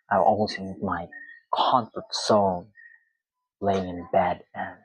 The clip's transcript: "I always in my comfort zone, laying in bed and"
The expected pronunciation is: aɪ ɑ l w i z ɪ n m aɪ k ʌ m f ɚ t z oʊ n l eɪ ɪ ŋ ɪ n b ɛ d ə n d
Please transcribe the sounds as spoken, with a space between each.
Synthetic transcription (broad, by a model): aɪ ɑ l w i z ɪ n m aɪ k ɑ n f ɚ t s oʊ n l eɪ ɪ ŋ ɪ n b ɛ d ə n